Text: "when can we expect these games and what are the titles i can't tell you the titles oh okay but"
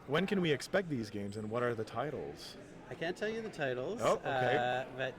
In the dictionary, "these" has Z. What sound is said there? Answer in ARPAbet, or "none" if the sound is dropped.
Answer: Z